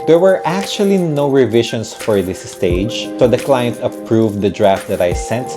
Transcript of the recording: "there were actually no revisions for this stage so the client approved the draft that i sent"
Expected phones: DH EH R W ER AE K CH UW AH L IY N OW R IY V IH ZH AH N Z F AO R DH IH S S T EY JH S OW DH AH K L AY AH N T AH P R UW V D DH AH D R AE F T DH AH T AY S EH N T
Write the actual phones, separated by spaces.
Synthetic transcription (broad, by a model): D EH R W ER AE K CH UW AH L IY N OW R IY V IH SH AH N S F AO R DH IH S S T EY JH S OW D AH K L AY AH N T AH P R UW V D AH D R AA F T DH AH T AY S EH N T